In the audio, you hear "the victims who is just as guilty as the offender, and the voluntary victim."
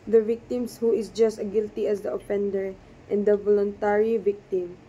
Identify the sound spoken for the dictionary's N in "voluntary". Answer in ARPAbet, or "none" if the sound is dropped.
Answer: N